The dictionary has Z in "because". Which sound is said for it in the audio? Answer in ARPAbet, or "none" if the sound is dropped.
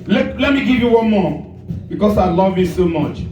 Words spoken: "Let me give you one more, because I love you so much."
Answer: S